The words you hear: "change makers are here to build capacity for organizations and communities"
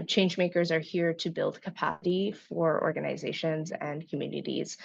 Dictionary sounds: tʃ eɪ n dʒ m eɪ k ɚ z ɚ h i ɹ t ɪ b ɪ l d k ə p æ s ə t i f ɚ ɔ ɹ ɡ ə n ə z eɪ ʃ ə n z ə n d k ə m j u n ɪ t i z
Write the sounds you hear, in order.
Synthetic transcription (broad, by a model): tʃ eɪ n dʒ m eɪ k ɚ z ɚ h i ɹ t ɪ b ɪ l d k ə p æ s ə t i f ɚ ɔ ɹ ɡ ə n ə z eɪ ʃ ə n z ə n k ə m j u n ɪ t i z